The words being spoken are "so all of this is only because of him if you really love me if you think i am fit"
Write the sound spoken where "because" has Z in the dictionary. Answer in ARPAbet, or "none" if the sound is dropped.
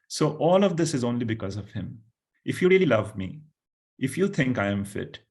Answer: Z